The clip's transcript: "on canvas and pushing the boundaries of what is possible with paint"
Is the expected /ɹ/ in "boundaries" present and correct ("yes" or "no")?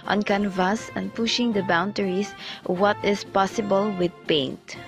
no